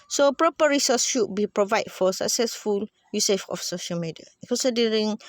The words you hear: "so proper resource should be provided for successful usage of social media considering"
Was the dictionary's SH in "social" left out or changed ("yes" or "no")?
no